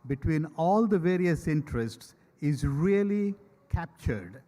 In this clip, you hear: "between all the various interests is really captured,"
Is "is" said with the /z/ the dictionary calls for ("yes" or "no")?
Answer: yes